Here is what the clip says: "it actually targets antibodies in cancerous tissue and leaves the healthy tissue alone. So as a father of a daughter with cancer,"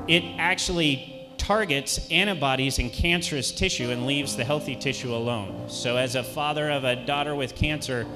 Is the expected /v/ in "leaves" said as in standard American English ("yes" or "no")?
yes